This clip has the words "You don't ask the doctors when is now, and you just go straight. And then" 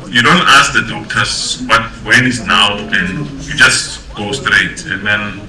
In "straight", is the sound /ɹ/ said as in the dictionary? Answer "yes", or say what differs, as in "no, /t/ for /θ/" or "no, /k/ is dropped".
yes